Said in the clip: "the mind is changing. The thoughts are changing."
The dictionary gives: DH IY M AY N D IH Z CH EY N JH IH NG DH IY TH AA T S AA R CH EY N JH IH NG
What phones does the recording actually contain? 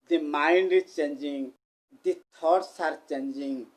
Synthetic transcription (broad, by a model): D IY M AY N D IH CH EY N JH IH NG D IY T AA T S AA R CH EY N JH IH NG